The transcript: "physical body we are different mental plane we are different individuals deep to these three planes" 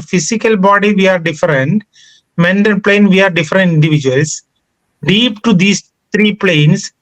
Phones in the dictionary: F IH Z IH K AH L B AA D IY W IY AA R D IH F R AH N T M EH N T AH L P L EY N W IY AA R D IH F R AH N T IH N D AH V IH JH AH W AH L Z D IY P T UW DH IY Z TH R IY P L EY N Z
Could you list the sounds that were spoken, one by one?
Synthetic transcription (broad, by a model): F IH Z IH K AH L B AA D IY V IY AA R D IH F R AH N T M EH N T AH N P L EY N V IY AA R D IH F R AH N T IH N D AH V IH JH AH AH L S D IY P T UW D IY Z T R IY P L EY N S